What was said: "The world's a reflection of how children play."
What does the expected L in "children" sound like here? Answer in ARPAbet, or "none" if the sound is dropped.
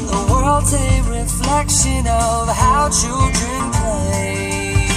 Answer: none